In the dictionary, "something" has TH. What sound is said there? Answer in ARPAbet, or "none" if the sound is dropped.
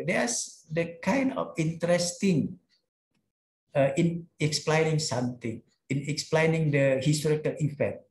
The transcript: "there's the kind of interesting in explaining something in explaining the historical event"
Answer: T